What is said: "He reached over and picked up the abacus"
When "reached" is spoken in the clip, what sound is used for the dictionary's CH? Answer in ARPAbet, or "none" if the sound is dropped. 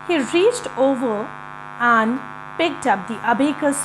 CH